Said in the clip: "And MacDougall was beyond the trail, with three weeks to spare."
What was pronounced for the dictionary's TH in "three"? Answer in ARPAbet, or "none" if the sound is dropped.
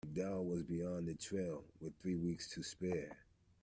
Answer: TH